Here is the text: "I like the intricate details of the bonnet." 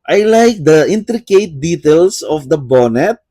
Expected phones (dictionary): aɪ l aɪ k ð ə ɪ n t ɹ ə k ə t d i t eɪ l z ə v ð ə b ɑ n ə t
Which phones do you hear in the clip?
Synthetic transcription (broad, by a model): aɪ l aɪ k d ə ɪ n t ɹ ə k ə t d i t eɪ l s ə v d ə b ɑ n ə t